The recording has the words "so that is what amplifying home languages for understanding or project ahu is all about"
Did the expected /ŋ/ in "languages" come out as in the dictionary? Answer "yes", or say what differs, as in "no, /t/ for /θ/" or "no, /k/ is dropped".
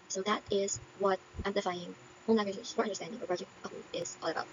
no, /ŋ/ is dropped